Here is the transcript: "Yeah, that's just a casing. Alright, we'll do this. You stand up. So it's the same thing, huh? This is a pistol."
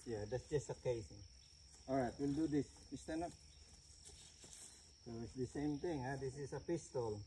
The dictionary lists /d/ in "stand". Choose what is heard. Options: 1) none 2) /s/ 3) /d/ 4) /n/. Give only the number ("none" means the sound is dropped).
1